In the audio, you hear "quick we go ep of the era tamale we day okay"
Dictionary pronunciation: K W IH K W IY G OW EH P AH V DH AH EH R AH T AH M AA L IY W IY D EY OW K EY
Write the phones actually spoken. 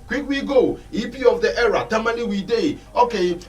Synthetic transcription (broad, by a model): K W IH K W IY G OW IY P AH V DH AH EH R AH T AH M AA N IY W IY D EY OW K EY